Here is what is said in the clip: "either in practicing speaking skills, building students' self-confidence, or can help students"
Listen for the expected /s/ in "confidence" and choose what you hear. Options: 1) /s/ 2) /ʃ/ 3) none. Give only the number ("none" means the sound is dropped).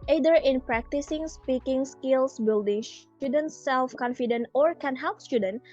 3